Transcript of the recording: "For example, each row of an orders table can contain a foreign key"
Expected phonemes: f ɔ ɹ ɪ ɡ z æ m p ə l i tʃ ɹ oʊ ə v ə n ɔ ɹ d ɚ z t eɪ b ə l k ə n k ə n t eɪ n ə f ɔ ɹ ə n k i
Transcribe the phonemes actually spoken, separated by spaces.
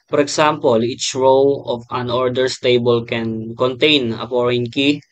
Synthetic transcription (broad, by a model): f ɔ ɹ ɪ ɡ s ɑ m p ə l i tʃ ɹ oʊ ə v ə n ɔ ɹ d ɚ s t eɪ b ə l k ə n k ə n t eɪ n ə p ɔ ɹ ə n k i